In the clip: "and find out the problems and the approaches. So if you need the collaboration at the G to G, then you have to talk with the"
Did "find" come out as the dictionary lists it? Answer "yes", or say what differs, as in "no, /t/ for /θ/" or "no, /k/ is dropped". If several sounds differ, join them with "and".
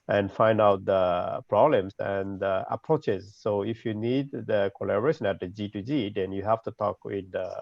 yes